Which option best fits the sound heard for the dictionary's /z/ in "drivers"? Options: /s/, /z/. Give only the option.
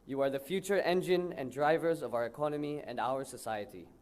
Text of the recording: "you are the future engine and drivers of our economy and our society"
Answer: /z/